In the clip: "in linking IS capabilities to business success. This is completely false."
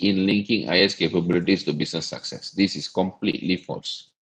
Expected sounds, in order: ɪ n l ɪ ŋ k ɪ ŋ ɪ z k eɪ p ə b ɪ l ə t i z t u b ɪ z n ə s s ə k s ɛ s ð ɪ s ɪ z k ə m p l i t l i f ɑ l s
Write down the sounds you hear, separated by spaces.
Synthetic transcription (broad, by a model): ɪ n l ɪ ŋ k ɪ ŋ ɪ s k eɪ p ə b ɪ l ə t i s t u b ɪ s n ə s s ə k s ɛ s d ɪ s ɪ s k ə m p l i t l i f ɑ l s